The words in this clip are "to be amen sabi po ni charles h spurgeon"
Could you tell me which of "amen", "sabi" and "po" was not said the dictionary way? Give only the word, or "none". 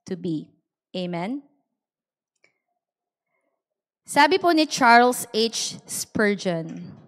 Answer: none